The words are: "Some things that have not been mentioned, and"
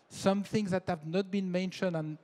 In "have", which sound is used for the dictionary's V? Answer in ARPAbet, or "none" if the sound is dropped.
V